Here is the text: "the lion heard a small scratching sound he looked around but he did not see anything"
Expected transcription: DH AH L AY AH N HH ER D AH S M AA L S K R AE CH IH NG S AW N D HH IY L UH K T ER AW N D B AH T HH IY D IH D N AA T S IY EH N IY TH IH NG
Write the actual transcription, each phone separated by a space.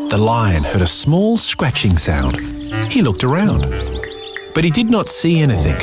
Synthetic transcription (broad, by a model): DH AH L AY AH N HH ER D AH S M AA L S K R AE CH IH NG S AW N D HH IY L UH K T ER AW N D B AH T HH IY D IH D N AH T S IY EH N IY TH IH NG